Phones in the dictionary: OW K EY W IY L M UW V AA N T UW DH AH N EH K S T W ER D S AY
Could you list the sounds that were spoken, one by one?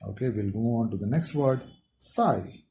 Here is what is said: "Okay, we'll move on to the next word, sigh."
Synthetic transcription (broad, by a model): OW K EY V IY L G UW AA N T UW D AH N EH K S T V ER D S AY